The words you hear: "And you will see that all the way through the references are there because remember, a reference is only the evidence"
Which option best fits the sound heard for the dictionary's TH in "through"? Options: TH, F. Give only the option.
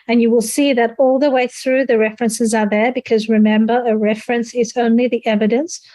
TH